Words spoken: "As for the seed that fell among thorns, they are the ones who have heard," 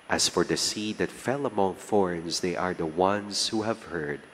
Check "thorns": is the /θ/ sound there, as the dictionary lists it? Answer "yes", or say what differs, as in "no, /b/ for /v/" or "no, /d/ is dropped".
no, /f/ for /θ/